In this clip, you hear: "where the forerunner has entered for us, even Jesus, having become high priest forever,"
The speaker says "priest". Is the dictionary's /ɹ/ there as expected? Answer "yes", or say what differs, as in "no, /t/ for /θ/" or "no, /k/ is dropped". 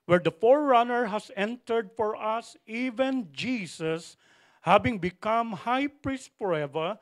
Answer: yes